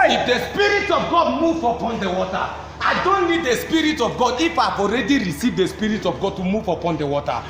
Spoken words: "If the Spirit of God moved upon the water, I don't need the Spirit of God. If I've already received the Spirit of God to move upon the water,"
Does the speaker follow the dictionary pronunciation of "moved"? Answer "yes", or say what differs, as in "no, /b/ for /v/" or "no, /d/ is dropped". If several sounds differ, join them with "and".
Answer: no, /d/ is dropped